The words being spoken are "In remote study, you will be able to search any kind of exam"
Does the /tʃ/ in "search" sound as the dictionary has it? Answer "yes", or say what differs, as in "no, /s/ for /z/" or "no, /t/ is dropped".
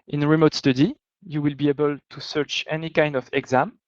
yes